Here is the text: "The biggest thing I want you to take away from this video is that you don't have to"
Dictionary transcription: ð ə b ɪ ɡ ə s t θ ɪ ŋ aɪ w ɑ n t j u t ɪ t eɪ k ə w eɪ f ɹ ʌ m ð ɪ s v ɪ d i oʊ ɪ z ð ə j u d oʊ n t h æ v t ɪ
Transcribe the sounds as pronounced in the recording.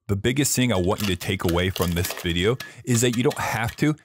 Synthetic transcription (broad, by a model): ð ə b ɪ ɡ ə s t θ ɪ ŋ aɪ w ɑ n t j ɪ t ɪ t eɪ k ə w eɪ f ɹ ʌ m ð ɪ s v ɪ d i oʊ ɪ z ð ə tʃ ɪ d oʊ n t h æ f t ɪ